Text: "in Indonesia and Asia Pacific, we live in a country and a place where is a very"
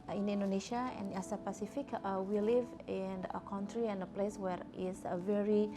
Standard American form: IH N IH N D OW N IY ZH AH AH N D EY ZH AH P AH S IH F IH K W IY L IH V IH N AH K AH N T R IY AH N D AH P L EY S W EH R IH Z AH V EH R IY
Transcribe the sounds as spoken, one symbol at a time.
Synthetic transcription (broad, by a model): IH N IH N D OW N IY SH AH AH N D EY S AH P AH S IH F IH K W IY L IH V IH N AH K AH N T R IY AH N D AH P L EY S W EH R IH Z AH V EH R IY